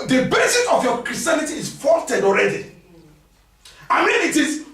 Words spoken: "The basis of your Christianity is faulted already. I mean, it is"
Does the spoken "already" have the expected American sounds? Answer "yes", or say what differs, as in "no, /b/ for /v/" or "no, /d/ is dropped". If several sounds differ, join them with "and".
yes